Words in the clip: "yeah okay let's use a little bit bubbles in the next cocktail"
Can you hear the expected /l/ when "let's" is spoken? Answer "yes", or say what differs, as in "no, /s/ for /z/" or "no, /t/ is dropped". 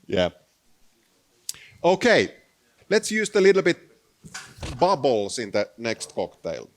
yes